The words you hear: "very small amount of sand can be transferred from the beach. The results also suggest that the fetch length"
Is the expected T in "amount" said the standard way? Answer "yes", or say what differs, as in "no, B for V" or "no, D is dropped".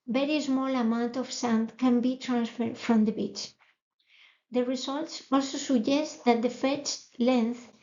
yes